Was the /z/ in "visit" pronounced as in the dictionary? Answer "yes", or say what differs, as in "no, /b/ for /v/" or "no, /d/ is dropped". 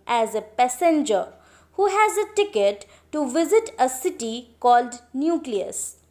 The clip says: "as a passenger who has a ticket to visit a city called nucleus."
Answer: yes